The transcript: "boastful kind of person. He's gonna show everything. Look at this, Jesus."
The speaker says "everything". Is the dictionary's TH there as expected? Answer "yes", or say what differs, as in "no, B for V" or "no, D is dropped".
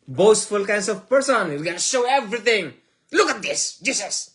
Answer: no, T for TH